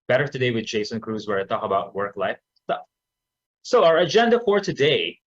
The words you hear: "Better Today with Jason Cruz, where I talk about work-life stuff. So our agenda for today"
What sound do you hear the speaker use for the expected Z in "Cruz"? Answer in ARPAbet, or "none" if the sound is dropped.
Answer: Z